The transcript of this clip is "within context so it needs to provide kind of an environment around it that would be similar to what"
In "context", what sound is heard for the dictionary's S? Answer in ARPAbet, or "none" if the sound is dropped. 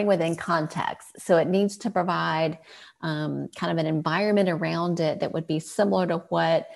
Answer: S